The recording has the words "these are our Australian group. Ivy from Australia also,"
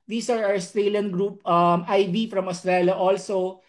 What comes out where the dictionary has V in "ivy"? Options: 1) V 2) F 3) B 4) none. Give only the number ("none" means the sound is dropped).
3